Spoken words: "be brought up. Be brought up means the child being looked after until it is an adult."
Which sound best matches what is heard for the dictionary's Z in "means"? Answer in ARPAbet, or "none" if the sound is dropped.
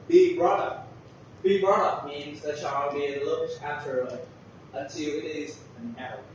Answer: Z